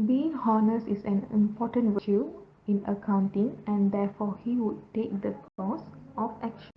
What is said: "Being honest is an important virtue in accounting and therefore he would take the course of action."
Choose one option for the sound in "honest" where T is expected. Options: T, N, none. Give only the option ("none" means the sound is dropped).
none